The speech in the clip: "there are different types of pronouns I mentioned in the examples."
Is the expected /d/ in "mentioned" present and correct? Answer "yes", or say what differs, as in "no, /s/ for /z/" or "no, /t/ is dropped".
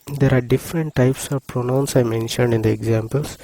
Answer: yes